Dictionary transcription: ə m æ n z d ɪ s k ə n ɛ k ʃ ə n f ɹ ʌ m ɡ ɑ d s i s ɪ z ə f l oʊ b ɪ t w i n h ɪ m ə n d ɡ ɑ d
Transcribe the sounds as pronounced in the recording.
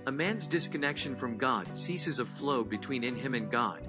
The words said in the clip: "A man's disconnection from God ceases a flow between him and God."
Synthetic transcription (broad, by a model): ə m æ n z d ɪ s k ə n ɛ k ʃ ə n f ɹ ʌ m ɡ ɑ d s i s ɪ z ə f l oʊ b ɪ t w i n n ɪ m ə n ɡ ɑ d